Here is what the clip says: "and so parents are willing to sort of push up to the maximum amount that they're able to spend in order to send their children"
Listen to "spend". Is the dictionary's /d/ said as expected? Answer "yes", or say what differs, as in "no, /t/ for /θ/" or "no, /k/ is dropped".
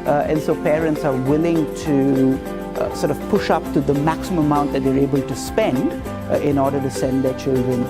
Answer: yes